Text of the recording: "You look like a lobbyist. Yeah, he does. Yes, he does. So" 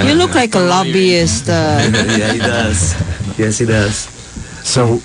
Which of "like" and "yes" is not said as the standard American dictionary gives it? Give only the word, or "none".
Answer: none